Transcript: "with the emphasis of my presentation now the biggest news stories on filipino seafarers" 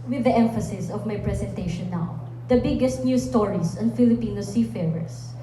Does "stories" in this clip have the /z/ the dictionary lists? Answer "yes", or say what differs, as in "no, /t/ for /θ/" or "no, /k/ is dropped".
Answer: no, /s/ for /z/